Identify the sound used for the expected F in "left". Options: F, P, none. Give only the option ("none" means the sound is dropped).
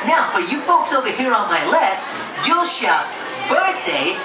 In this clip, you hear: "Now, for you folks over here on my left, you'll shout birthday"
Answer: F